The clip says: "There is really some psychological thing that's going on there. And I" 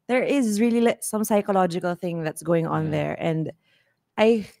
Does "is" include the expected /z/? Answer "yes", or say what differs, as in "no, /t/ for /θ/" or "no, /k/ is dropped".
yes